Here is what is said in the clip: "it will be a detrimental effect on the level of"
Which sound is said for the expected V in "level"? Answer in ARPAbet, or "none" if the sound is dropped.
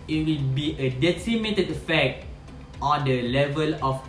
V